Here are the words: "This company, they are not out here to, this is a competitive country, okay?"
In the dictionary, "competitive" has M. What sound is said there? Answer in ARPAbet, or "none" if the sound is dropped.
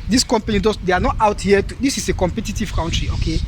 M